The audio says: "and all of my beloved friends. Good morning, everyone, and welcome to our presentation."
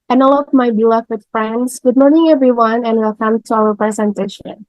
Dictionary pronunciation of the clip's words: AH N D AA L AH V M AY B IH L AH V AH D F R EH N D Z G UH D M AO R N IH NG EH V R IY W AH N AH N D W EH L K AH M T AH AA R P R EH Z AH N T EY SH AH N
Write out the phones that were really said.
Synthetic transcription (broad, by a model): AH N AA L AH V M AY B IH L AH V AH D F R EH N D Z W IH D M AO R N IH NG EH V R IY W AH N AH N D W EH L K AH M T AH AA L P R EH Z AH N T EY SH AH N